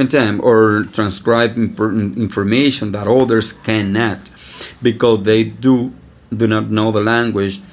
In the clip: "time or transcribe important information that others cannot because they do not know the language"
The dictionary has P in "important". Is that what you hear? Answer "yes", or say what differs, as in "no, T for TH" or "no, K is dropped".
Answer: no, F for P